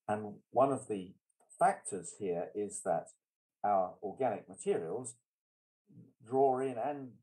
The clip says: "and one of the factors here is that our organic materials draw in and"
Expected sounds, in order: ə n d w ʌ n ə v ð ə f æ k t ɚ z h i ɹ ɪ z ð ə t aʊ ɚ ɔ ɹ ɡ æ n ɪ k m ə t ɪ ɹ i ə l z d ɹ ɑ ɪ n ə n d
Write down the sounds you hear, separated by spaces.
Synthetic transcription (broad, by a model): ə n w ʌ n ə v ð ə f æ k t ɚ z h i ɹ ɪ z ð ə t aʊ ɚ ɔ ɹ ɡ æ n ɪ k m ə t ɪ ɹ i ə l z d ɹ ɑ ɪ n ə n